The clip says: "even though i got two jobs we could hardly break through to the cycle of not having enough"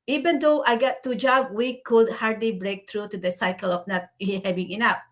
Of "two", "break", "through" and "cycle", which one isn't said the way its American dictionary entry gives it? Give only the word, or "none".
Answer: through